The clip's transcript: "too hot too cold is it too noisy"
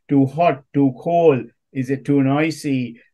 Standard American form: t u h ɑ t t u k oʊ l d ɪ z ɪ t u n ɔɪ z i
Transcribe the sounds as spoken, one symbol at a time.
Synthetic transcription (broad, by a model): t u h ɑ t t u k oʊ l ɪ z ɪ t u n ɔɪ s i